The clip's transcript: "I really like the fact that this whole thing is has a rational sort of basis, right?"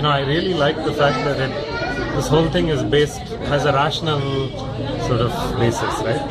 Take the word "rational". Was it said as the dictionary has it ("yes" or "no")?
yes